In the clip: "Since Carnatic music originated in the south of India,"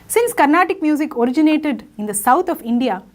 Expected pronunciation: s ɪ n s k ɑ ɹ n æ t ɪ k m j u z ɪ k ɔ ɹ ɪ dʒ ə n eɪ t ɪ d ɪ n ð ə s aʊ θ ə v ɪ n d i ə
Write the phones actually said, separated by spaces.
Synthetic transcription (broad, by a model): s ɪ n s k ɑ ɹ n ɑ t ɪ k m j u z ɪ k ɔ ɹ ɪ dʒ ə n eɪ t ɪ d ɪ n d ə s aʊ t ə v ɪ n d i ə